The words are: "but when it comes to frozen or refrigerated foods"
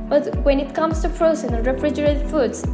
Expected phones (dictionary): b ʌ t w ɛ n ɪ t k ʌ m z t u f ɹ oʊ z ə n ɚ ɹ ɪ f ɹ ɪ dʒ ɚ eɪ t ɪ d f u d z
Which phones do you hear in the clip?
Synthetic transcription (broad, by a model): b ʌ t w ɛ n ɪ t k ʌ m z t u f ɹ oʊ s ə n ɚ ɹ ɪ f ɹ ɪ dʒ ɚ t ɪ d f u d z